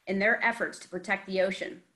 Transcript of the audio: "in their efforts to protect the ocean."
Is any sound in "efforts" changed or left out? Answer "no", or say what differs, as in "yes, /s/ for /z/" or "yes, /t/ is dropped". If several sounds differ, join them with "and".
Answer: no